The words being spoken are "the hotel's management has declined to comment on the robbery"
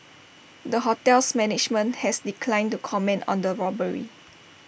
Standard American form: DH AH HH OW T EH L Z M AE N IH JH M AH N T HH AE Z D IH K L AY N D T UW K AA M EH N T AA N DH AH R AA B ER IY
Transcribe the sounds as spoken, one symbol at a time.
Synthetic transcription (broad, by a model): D AH HH OW T EH L S M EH N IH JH M AH N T HH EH S D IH K L AY N T UW K AA M EH N T AA N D AH R AA B ER IY